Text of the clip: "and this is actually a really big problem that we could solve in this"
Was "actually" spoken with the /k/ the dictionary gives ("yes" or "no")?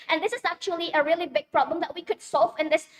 yes